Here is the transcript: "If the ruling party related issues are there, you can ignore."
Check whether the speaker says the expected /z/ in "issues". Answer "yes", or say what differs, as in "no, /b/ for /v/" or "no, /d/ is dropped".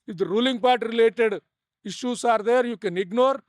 no, /s/ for /z/